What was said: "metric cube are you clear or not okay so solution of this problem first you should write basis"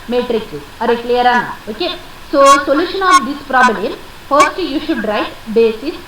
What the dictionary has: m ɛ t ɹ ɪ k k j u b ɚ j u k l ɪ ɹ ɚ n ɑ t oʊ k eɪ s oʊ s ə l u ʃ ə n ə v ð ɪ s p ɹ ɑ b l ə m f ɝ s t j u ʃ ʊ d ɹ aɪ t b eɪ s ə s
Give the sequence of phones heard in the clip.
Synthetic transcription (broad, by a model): m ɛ t ɹ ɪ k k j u ɚ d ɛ k l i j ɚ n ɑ oʊ k eɪ s oʊ s ə l u ʃ ə n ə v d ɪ s p ɹ ɑ b l ə m f ɝ s t j u ʃ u d ɹ aɪ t b eɪ s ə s